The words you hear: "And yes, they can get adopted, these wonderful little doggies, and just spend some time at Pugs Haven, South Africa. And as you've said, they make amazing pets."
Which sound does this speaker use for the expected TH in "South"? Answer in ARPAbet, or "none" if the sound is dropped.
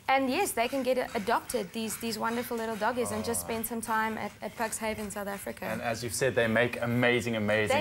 TH